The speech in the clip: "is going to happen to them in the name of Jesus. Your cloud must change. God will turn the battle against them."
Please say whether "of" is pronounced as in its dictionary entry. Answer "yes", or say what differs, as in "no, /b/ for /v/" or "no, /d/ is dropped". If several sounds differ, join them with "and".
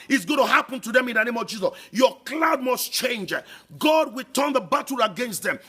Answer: yes